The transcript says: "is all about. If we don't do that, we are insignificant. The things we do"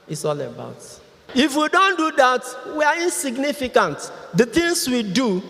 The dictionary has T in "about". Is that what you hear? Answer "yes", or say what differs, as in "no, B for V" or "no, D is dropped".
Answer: yes